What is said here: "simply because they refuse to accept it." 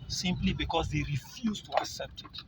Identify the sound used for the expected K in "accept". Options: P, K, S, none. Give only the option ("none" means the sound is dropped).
K